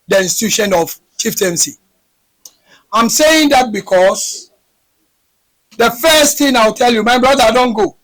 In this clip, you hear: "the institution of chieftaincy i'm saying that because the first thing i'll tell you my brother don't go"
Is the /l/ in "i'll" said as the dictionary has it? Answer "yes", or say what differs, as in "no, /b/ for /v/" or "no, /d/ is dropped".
no, /w/ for /l/